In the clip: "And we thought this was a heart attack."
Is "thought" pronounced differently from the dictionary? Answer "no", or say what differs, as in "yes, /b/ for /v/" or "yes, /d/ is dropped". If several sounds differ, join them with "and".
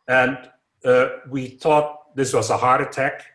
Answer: no